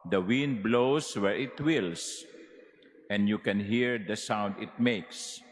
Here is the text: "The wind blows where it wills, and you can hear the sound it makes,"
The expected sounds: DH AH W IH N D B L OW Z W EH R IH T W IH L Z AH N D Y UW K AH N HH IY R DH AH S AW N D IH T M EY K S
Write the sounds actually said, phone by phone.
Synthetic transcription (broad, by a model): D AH W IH N D B L OW S W EH R IH T W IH L S AH N D Y UW K AH N HH IY R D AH S AW N D IH T M EY K S